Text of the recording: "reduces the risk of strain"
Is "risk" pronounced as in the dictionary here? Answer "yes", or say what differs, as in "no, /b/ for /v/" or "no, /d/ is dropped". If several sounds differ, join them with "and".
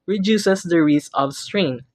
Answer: no, /k/ is dropped